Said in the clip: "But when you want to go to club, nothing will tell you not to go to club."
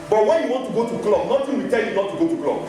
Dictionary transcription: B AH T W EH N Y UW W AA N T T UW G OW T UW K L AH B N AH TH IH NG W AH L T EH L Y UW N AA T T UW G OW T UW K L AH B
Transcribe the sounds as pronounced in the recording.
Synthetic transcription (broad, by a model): B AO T W EH N Y UW W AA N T T UW G OW T UW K L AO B N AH T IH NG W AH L T EH L Y UW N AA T T UW G OW T UW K L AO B